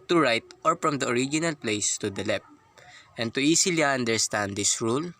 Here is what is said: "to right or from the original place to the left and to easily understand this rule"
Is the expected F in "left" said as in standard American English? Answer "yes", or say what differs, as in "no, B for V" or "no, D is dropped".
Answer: no, P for F